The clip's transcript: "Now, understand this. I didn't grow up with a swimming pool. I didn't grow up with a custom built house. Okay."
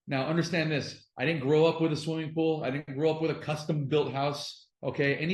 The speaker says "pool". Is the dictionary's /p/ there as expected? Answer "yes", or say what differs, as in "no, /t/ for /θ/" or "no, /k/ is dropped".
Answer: yes